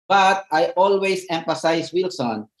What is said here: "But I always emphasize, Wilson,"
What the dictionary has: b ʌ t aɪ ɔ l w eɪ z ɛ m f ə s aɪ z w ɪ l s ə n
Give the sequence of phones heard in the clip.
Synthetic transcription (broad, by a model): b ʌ t aɪ ɔ l w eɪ s ɛ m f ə s aɪ s w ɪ l s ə n